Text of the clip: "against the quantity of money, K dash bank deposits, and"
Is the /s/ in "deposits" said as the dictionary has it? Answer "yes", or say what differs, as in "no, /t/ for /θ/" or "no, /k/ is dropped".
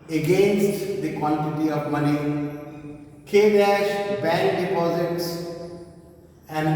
yes